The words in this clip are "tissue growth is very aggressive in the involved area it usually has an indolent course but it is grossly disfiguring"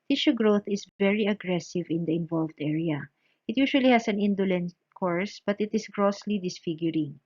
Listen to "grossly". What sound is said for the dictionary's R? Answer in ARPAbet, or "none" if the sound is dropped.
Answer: R